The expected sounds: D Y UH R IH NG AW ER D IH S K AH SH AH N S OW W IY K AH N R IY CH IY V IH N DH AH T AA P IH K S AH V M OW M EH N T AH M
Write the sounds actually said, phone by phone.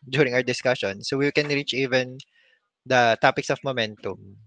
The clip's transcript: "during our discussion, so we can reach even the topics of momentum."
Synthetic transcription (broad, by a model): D Y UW R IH NG AW ER D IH S K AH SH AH N S OW W IY K AH N R IY CH IY V IH N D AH T AA P IH K S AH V M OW M EH N T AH M